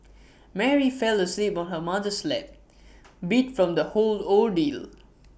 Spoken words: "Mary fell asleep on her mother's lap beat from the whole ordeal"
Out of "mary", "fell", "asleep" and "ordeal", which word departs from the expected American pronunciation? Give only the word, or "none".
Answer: ordeal